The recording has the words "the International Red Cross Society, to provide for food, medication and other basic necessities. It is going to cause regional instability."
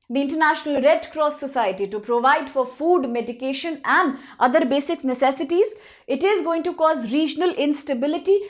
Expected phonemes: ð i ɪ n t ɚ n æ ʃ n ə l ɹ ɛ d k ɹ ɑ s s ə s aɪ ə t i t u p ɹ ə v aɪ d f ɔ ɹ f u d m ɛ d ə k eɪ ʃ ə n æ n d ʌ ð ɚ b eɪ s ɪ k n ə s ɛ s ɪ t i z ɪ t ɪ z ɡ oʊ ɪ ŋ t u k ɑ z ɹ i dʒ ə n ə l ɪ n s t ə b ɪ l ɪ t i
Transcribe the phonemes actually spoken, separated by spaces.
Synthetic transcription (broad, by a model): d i ɪ n t ɚ n æ ʃ n ə l ɹ ɛ d k ɹ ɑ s s ə s aɪ ə t i t u p ɹ ə v aɪ d f ɔ ɹ f u d m ɛ d ə k eɪ ʃ ə n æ n d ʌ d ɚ b eɪ s ɪ k n ə s ɛ s ɪ t i z ɪ t ɪ z ɡ oʊ ɪ ŋ t u k ɑ z ɹ i dʒ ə n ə l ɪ n s t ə b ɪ l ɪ t i